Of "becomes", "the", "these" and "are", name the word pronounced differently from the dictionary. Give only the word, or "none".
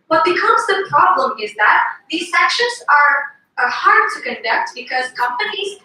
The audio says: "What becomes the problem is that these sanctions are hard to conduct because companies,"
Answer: becomes